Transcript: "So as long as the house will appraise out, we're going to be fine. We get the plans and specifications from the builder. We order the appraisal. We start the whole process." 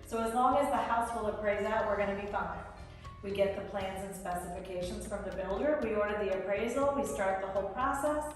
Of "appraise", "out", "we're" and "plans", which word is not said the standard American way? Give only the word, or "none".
none